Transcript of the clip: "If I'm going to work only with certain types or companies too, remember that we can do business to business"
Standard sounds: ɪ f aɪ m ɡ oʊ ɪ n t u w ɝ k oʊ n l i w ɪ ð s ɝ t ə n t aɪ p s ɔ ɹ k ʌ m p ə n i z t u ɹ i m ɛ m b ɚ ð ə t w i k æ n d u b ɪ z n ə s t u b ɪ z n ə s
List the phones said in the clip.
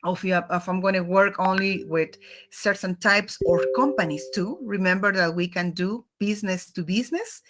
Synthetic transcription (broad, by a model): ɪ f aɪ m ɡ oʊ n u w ɝ k oʊ n l i w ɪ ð s ɝ t ə n t aɪ p s ɔ ɹ k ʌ m p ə n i s t u ɹ i m ɛ m b ɚ ð ə t w i k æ n d u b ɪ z n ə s t u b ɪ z n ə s